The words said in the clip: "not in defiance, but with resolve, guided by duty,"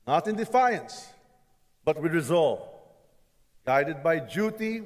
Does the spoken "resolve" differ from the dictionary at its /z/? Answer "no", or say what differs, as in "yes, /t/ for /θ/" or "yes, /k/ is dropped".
no